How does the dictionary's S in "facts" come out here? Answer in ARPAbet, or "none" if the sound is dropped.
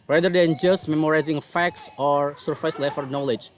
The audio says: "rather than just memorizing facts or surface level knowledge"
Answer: S